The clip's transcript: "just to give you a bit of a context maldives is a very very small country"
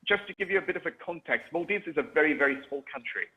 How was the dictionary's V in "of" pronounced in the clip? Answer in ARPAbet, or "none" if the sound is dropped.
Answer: V